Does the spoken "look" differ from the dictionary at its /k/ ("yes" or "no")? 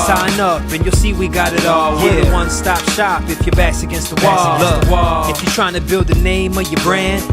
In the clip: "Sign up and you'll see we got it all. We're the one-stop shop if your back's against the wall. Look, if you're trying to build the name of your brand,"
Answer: yes